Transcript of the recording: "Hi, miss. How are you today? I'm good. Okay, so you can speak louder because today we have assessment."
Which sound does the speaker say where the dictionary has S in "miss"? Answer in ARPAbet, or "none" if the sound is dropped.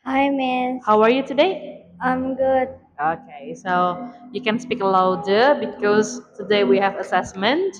none